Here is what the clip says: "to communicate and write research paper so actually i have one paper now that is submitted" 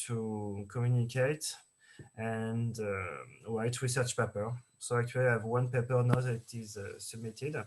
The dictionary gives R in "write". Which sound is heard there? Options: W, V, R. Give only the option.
W